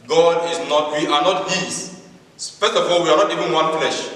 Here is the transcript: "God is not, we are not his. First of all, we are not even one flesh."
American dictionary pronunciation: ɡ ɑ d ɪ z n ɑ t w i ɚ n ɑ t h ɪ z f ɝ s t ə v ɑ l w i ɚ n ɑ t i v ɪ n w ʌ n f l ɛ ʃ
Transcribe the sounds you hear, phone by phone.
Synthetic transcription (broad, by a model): ɡ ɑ d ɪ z n ɑ t w i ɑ n ɑ t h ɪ s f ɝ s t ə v ɑ l w i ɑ n ɑ t i v ɪ n w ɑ n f l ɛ ʃ